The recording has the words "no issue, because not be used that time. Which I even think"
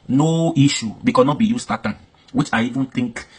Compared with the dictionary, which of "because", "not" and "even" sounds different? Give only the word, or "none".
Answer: because